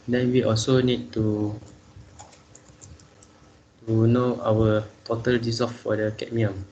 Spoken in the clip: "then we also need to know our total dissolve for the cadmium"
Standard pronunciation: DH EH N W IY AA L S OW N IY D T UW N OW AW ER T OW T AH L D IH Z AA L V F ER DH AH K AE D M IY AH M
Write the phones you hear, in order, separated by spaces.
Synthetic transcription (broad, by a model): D EH N W IY AA L S OW N IY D T UW N OW AW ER T OW T AH L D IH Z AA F F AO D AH K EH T M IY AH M